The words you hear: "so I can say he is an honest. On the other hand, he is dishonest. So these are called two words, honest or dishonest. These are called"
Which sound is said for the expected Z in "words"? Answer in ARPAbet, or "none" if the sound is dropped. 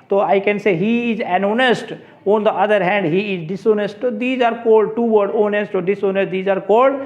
none